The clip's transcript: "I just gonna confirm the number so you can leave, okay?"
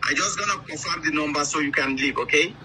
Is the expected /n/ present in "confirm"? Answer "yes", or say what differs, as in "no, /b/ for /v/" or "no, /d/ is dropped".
no, /n/ is dropped